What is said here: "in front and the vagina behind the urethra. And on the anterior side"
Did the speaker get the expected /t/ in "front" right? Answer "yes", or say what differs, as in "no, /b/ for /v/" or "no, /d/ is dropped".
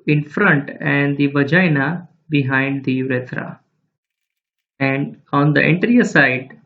yes